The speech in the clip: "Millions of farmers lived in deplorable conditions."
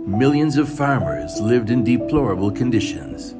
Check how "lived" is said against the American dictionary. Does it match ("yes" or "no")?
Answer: yes